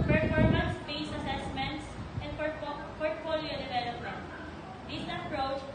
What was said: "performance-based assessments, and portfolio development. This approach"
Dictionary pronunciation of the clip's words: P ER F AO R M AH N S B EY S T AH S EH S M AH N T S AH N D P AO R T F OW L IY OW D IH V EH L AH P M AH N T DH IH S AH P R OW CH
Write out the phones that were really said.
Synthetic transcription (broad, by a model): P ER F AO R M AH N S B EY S AH S EH S M AH N T S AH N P P AO R T F OW L IY OW D IH V EH L AH P M AH N T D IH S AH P R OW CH